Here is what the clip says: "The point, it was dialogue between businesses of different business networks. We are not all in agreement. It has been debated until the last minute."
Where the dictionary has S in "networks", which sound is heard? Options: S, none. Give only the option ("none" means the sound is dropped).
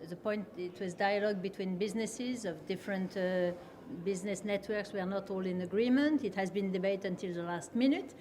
S